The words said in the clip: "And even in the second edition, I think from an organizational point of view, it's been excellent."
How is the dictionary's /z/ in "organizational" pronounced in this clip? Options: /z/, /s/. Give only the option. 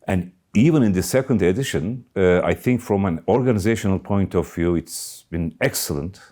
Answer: /z/